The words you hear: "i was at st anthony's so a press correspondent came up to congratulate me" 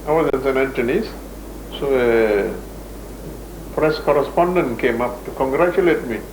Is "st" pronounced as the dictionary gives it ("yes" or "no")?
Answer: no